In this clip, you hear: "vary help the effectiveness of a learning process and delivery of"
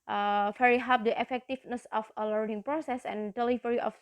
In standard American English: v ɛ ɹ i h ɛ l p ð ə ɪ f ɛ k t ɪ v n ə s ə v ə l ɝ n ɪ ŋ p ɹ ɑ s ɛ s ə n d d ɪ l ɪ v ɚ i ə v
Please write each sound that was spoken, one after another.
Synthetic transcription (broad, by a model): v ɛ ɹ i h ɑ p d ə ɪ f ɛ k t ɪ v n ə s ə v ə l ɝ n ɪ ŋ p ɹ ɑ s ɛ s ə n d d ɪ l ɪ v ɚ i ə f